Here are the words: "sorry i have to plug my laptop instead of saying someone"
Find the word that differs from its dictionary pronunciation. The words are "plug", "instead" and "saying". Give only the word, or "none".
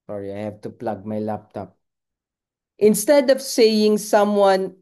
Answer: none